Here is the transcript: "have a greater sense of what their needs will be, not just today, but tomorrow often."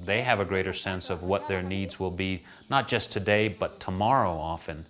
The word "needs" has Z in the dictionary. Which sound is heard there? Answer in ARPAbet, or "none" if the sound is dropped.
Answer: Z